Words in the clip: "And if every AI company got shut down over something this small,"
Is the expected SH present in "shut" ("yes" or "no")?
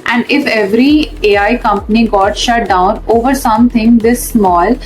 yes